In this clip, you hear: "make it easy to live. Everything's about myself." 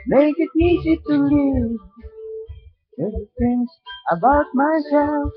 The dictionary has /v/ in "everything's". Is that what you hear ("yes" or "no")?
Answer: no